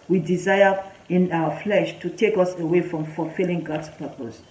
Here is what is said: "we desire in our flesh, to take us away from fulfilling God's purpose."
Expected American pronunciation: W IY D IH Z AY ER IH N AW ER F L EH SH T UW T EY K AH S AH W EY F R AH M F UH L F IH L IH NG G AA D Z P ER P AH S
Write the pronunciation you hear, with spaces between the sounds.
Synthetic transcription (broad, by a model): W IY D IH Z AY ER IH N AW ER F L EH SH T UW T EY K AH S AH W EY F R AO M F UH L F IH L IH NG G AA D S P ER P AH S